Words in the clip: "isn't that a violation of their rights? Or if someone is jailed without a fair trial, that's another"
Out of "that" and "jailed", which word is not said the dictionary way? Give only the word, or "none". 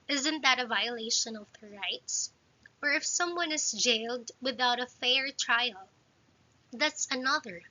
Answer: none